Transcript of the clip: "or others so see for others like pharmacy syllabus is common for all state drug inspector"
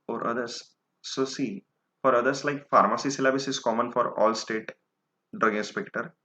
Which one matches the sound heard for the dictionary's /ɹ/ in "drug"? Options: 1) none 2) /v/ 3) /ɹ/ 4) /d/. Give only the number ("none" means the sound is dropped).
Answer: 3